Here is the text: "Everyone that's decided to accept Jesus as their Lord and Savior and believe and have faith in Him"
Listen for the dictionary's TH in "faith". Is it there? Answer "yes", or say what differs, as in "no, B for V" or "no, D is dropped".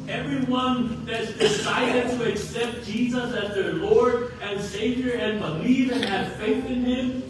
yes